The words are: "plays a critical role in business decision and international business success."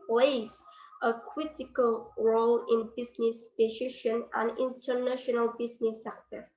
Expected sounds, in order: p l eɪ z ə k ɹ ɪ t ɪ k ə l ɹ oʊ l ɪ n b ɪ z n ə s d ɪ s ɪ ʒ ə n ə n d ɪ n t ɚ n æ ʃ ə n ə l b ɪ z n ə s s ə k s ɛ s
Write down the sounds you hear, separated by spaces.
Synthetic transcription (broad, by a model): p l eɪ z ə k ɹ ɪ t ɪ k ə l ɹ oʊ l ɪ n b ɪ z n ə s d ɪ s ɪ ʃ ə n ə n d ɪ n t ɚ n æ ʃ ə n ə l b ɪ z n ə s s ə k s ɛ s